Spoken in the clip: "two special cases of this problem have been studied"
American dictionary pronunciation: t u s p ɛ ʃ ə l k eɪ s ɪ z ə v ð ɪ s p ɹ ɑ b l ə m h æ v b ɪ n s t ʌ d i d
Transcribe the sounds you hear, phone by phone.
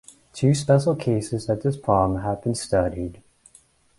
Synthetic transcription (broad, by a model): t u s p ɛ ʃ l k eɪ s ɪ z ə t ð ɪ s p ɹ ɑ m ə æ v b ɪ n s t ʌ d i d